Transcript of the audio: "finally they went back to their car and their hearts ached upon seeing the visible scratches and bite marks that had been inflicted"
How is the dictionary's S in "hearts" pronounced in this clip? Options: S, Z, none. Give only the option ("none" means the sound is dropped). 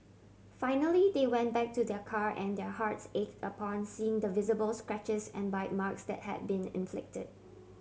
S